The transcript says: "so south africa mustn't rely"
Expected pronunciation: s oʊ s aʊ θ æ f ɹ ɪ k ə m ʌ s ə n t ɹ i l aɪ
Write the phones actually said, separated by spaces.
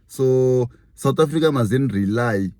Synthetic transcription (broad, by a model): s oʊ s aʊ t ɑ f ɹ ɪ k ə m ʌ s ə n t ɹ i l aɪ